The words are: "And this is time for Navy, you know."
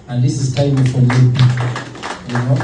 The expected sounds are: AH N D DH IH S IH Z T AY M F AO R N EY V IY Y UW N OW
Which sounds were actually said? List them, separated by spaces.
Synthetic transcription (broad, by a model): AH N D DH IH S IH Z T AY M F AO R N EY P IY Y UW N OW